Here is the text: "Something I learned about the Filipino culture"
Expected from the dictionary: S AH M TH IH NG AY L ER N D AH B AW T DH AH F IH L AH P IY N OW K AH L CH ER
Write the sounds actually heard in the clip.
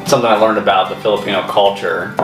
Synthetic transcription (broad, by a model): S AH M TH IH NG AY L ER N D AH B AW T DH AH F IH L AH P IY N OW K AH L CH ER